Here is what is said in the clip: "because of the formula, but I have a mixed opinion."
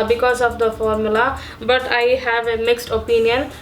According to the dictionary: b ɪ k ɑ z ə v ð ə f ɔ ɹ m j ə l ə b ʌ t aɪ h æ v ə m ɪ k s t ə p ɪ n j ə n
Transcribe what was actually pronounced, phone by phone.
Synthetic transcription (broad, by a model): b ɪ k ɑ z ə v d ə f ɔ ɹ m j ə l ə b ʌ t aɪ h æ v ə m ɪ k s t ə p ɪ n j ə n